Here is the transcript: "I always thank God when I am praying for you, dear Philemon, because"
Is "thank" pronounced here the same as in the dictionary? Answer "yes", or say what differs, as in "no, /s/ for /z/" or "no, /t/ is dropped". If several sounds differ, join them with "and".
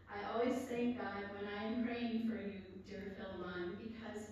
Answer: yes